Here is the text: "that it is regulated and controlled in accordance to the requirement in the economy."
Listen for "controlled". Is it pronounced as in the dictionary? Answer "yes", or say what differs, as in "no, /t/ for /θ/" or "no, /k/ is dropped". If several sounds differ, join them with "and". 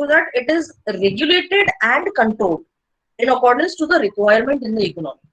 no, /ɹ/ is dropped